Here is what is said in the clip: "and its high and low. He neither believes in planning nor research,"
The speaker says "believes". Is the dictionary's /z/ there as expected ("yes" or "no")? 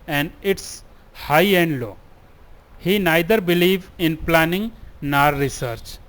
no